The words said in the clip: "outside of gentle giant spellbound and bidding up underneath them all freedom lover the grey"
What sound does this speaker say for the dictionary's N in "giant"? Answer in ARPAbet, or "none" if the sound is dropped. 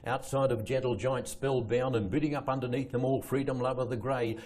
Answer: N